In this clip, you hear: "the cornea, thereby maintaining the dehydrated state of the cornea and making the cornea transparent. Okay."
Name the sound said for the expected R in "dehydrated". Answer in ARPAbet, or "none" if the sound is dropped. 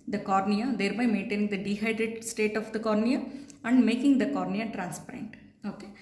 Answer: none